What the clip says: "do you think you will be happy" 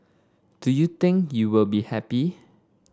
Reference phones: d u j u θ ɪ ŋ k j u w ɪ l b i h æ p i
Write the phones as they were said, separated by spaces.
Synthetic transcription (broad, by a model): d u j u t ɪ ŋ k j u w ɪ l b i h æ p i